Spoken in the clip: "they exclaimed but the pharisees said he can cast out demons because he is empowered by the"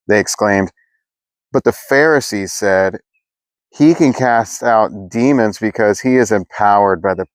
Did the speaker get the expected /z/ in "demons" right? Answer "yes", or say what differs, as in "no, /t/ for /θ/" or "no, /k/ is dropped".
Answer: yes